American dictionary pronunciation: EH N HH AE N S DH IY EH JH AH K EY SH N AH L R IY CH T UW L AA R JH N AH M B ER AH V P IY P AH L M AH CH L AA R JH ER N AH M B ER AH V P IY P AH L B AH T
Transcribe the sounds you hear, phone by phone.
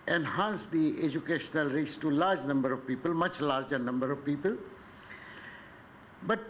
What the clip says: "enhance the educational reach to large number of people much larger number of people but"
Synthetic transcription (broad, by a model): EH N HH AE N S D IY EH JH AH K EY SH N AH L R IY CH T UW L AA R JH N AH M B ER AH V P IY P AH L M AH CH L AA R JH ER N AH M B ER AH V P IY P AH L B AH T